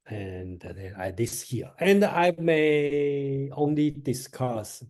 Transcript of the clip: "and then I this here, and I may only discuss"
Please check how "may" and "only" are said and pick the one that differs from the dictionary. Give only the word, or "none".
none